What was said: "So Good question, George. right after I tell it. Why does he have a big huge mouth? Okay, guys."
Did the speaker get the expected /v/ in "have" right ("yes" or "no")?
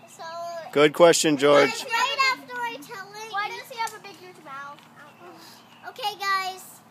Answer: no